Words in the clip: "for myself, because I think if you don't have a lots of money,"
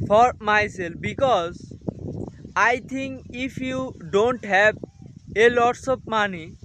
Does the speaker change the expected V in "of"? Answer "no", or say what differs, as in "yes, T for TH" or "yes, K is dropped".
yes, P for V